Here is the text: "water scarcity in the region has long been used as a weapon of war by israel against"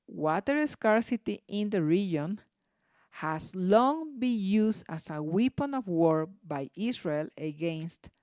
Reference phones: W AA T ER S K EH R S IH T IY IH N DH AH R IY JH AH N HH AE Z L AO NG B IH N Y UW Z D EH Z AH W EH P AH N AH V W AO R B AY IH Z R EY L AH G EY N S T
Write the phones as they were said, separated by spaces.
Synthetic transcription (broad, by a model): W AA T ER S K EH R S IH T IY IH N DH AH R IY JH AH N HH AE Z L AO NG B IH N Y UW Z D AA S AH W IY P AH N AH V W AO R B AY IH S R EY L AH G EY N S T